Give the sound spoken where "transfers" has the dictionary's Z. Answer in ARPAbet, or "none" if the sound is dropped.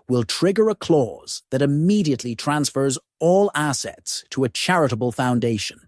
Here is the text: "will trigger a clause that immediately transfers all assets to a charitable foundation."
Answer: Z